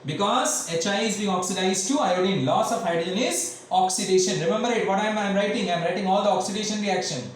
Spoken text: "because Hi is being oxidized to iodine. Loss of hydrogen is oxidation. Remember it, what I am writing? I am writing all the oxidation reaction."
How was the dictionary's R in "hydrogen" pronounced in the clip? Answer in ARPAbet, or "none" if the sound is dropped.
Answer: none